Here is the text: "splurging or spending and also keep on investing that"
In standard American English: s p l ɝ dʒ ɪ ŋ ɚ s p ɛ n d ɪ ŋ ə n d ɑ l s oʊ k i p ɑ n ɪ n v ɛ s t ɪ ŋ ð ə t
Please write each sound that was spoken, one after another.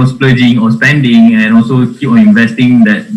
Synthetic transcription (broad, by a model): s p l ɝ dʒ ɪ ŋ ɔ s p ɛ n d ɪ ŋ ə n ɑ l s oʊ k i p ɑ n ɪ n v ɛ s t ɪ ŋ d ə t